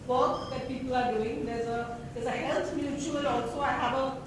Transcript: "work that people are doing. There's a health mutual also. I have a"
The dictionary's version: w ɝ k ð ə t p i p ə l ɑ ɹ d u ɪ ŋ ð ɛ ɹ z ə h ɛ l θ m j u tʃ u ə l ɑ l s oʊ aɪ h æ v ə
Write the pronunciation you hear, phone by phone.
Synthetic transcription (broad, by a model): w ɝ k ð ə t p i p ə l ɑ ɹ d u ɪ ŋ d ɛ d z ə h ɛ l s m j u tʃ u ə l ɑ l s oʊ aɪ h æ v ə